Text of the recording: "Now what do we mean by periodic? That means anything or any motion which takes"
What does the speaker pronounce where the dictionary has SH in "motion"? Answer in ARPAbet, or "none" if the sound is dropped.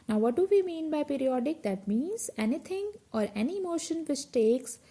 SH